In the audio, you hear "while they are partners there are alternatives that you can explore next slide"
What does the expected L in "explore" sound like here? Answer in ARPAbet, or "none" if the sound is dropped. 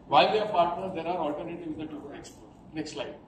none